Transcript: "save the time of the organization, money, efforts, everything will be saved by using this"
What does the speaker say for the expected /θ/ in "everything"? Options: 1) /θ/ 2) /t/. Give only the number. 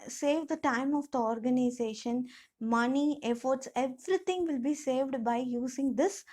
2